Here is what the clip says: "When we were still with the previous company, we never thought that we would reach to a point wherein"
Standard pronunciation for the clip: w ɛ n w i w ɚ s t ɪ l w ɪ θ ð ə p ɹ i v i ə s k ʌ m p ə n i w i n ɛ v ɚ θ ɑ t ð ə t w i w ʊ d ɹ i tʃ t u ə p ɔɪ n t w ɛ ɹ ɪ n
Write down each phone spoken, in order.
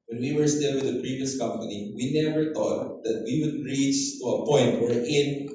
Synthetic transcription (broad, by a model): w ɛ n w i w ɚ s t ɪ l w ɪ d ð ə p ɹ i v i ə s k ʌ m p ə n i w i n ɛ v ɚ t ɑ t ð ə t w i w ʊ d ɹ i tʃ t u ə p ɔɪ n t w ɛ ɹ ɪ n